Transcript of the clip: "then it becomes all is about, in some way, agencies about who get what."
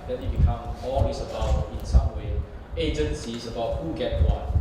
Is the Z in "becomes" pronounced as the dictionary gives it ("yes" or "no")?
no